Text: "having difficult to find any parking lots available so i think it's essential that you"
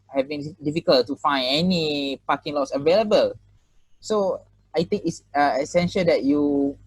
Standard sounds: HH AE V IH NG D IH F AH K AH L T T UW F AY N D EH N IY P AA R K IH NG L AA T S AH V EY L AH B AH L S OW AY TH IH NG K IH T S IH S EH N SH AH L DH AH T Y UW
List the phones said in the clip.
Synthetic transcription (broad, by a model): HH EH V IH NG D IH F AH K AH L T T UW F AY N EH N IY P AA K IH NG L AA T S AH V EY L AH B AH L S OW AY T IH NG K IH T S IH S EH N SH AH L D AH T Y UW